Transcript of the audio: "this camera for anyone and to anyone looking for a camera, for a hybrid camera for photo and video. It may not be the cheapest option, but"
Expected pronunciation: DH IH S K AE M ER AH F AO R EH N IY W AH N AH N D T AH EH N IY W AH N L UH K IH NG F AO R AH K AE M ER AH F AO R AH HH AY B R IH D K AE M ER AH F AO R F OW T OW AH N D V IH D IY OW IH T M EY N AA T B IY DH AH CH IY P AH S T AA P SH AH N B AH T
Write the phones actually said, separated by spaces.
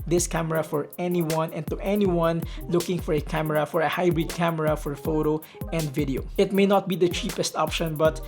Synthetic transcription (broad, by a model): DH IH S K AE M ER AH F AO R EH N IY W AH N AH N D T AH EH N IY W AH N L UH K IH NG F AO R AH K AE M ER AH F AO R AH HH AY B R IH D K AE M ER AH F AO R F OW T OW AH N D V IH D IY OW IH T M EY N AA T B IY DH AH CH IY P AH S T AA P SH AH N B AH T